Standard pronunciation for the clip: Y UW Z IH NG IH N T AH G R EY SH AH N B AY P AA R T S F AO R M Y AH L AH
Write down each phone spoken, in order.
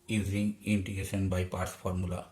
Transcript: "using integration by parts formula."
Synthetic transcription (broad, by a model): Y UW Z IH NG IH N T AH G EY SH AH N B AY P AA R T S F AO R M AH L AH